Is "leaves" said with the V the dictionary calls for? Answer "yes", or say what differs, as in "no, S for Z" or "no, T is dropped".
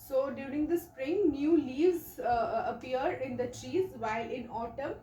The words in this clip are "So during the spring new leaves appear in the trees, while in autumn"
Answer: yes